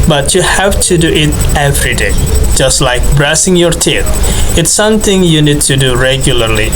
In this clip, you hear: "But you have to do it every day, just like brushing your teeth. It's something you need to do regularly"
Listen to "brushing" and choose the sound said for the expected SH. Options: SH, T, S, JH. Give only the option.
S